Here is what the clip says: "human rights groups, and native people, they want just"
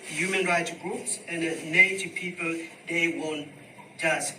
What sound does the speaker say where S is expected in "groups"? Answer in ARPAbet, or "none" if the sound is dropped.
S